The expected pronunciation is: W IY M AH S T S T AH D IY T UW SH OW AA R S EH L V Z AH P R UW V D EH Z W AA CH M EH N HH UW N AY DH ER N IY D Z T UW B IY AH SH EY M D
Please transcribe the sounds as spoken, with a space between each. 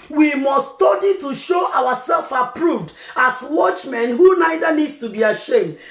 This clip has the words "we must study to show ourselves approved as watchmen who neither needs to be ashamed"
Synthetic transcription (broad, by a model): W IY M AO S S T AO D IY T UW SH OW AA W S EH L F AH P R UW V D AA S W AA CH M EH N HH UW N AY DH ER N IY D S T UW B IY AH SH EY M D